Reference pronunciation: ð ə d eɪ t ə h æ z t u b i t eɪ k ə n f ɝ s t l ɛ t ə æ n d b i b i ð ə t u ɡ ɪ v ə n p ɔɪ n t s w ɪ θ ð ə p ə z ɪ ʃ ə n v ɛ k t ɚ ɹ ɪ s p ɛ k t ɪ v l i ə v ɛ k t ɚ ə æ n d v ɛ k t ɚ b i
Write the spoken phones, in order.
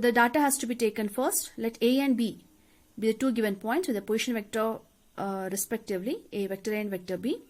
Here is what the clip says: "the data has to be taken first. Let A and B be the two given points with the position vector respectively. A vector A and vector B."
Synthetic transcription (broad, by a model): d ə d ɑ t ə h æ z t u b i t eɪ k ə n f ɝ s t l ɛ t ə æ n d b i b i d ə t u ɡ ɪ v ə n p ɔɪ n t s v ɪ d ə p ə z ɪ ʃ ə n v ɛ k t ɚ ɹ ɪ s p ɛ k t ɪ v l i ə v ɛ k t ɚ ə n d v ɛ k t ɚ b i